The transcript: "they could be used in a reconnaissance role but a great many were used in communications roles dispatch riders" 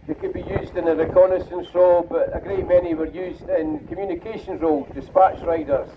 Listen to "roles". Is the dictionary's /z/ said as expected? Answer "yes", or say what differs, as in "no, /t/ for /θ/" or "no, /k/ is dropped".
no, /z/ is dropped